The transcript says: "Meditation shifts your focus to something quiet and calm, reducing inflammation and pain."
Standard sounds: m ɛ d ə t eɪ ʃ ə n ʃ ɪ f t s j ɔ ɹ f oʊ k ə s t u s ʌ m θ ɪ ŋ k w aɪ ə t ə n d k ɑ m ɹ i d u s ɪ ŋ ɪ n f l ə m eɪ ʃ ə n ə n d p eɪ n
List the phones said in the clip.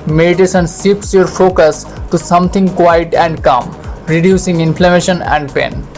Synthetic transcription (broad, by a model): m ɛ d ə t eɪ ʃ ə n s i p s j ɔ ɹ f oʊ k ə s t u s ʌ m t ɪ ŋ k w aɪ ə t ə n d k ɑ m ɹ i d u s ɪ ŋ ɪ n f l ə m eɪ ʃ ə n ə n d p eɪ n